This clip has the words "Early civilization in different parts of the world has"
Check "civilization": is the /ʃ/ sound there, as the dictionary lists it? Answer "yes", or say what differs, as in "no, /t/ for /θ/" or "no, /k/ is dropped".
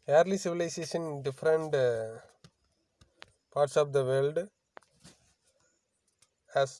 no, /s/ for /ʃ/